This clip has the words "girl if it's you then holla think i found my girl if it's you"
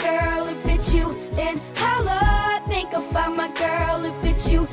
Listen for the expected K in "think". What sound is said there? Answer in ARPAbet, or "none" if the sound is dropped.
K